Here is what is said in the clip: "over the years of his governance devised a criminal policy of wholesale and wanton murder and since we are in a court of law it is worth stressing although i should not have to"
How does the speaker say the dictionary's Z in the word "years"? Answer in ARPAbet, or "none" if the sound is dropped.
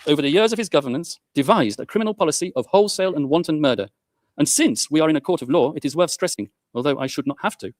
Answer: Z